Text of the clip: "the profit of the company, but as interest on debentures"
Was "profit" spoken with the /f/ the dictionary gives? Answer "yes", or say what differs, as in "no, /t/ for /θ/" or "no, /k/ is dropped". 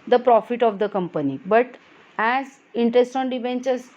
yes